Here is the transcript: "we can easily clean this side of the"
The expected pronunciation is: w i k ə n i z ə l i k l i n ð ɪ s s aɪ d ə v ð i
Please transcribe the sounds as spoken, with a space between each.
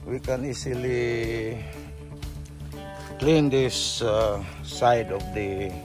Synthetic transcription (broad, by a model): w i k ə n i s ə l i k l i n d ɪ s s aɪ d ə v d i